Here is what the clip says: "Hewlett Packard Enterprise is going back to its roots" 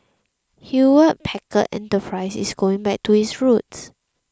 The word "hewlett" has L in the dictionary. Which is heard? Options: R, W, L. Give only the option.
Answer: W